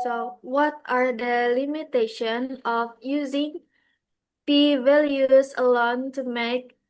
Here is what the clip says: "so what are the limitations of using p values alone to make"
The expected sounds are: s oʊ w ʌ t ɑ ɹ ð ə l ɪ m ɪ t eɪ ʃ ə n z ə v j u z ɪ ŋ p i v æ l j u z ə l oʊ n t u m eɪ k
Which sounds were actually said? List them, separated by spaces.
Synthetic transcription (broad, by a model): s oʊ w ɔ t ɑ ɹ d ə l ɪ m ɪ t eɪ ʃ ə n ə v j u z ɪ ŋ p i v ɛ l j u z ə l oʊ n t u m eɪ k